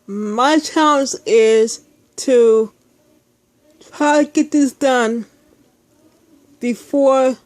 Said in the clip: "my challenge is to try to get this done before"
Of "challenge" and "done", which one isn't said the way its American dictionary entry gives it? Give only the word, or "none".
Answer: challenge